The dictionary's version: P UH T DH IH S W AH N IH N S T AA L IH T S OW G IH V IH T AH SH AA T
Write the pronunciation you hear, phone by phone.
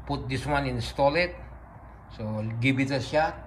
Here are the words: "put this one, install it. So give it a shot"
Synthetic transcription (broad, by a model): P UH T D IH S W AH N IH N S T AA L IH T S OW G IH B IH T AH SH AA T